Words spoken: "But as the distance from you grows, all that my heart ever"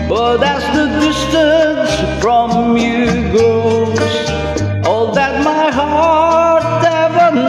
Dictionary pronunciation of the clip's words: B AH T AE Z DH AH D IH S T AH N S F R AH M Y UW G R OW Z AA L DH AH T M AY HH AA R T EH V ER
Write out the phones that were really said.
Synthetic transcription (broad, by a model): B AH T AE S DH AH D IH S T AH N S F R AH M Y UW G OW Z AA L DH AH T M AY HH AA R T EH V ER